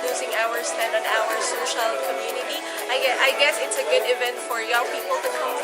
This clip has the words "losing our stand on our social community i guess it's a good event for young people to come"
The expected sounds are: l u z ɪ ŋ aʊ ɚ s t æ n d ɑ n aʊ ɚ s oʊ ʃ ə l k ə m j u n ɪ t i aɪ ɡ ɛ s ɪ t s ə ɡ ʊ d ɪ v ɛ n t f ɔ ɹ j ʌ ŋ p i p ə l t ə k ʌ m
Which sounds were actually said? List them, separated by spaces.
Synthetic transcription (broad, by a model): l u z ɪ ŋ aʊ ɚ s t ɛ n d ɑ n aʊ ɚ s oʊ ʃ ə l k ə m j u n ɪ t i aɪ ɡ ɛ s ɪ t s ə ɡ ʊ d ɪ v ɛ n t f ɔ ɹ j ʌ ŋ p i p ə l t ə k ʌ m